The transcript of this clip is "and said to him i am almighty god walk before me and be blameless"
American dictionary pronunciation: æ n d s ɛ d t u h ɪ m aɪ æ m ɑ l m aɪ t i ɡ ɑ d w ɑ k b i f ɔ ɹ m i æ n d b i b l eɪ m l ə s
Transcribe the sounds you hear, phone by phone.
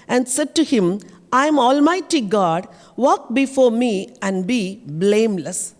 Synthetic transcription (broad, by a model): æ n d s ɛ d t u h ɪ m aɪ m ɑ l m aɪ t i ɡ ɑ d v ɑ k b i f ɔ ɹ m i æ n d b i b l eɪ m l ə s